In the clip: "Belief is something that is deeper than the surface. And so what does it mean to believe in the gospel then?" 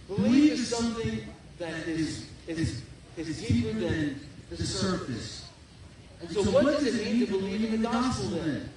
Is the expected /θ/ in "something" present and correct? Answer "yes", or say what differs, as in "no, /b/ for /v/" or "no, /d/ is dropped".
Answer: yes